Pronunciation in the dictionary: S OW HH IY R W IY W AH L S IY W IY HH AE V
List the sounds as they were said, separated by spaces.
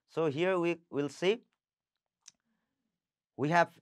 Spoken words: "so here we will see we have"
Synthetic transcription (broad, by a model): S OW HH IY R W IY W AH L S IY W IY HH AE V